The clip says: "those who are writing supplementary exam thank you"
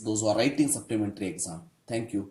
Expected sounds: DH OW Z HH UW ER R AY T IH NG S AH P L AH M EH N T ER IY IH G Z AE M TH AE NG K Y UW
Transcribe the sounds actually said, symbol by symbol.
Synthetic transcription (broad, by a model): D OW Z HH UW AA R AY T IH NG S AH P L AH M EH N T ER IY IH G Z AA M T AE NG K Y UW